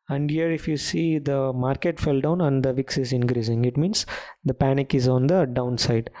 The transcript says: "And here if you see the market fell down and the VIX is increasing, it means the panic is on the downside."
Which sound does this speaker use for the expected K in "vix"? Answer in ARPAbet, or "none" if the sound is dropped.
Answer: K